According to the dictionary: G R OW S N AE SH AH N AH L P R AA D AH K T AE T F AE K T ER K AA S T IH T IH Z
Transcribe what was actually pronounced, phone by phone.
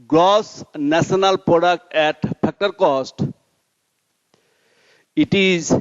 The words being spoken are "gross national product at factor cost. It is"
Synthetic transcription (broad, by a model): G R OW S N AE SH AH N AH L P R AA D AH K T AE T P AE K T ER K AA S T IH T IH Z